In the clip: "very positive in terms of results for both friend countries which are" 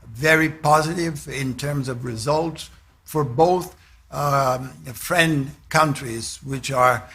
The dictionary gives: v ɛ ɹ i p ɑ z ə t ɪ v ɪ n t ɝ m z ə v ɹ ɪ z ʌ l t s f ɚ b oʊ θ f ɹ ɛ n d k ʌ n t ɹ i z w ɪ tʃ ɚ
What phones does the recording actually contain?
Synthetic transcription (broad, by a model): v ɛ ɹ i p ɑ z ə t ɪ v ɪ n t ɝ m z ə v ɹ ɪ z ʌ l t s f ɚ b oʊ θ f ɹ ɛ n d k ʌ n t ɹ i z w ɪ tʃ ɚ